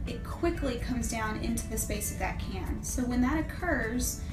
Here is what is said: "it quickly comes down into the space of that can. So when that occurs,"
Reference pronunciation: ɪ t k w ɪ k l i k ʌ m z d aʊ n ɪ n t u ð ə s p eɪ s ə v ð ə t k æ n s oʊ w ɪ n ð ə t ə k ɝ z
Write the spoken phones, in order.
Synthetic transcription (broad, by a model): ɪ t k w ɪ k l i k ʌ m z d aʊ n ɪ n t u ð ə s p eɪ s ə v ð ə t k æ n s oʊ w ɪ n ð ə t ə k ɝ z